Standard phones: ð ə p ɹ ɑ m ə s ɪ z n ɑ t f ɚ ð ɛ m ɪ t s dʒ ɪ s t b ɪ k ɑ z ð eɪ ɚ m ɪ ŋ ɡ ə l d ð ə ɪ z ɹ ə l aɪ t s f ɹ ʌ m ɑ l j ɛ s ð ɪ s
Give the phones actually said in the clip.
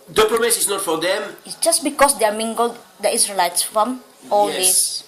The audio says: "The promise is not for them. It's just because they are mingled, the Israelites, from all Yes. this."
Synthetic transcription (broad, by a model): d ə p ɹ ɑ m ə s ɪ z n ɑ t f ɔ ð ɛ m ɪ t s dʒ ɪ s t b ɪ k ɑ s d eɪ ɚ m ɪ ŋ ɡ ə l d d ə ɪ s ɹ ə l aɪ t s f ɹ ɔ m ɑ l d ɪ s